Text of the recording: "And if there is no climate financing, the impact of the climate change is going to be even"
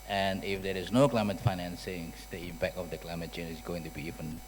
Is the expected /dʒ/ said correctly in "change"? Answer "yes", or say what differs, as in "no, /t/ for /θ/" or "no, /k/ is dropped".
no, /dʒ/ is dropped